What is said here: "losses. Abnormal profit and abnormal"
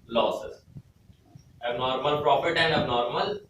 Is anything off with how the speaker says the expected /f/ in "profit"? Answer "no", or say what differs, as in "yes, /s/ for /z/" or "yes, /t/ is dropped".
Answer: yes, /p/ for /f/